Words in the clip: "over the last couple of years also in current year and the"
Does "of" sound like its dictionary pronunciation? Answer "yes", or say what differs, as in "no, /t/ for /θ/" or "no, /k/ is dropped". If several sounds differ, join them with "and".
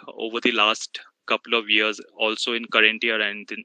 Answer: yes